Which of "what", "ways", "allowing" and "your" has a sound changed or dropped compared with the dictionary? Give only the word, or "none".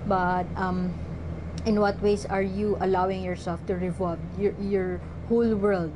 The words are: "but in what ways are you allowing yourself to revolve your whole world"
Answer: ways